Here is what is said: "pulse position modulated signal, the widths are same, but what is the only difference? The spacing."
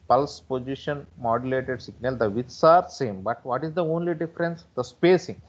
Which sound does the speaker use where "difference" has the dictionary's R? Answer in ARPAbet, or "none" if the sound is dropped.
R